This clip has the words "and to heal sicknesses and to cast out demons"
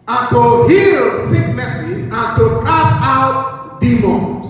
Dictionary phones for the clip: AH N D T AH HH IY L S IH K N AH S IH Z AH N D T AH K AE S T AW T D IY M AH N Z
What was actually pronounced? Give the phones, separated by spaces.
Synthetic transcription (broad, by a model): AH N T AH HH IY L S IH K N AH S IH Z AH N T AH K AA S AW T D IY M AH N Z